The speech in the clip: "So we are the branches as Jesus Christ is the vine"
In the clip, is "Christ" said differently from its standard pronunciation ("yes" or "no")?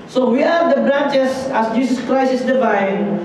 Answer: yes